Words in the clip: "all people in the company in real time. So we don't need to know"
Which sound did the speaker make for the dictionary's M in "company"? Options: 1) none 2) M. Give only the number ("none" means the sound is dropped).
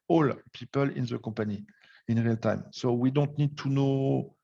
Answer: 1